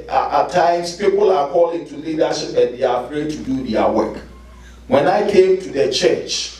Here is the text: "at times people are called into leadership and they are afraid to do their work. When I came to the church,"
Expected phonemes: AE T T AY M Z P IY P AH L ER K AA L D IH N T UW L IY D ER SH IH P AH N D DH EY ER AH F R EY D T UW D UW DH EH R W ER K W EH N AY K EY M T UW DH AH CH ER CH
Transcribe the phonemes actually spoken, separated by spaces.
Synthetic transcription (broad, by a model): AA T T AY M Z P IY P AH L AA K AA L IH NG T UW L IY D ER SH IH P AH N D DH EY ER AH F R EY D T UW D UW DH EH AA W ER K W EH N AY K EY M T UW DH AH CH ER CH